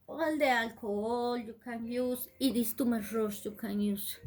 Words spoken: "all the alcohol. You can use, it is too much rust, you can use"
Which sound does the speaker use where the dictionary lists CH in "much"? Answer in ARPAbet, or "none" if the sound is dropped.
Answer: SH